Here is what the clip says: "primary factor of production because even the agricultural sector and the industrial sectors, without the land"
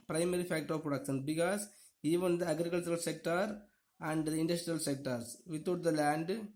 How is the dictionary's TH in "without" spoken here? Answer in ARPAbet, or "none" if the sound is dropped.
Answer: T